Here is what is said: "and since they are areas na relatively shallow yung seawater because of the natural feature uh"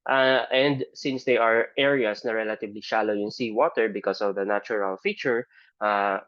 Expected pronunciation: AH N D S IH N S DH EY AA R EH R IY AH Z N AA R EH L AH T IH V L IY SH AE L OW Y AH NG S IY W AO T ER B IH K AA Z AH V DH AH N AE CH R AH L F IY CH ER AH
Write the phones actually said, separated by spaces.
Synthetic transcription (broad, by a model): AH N D S IH N S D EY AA R EH R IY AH S N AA R EH L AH T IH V L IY SH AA L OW Y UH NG S IY W AO T ER B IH K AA S AH V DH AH N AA CH R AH L F IY CH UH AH